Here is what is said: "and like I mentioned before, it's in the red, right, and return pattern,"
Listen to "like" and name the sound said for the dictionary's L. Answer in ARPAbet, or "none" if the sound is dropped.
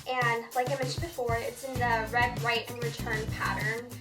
L